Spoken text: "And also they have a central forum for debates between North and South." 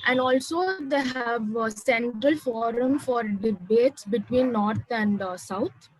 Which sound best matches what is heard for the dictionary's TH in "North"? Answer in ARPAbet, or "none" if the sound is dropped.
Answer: T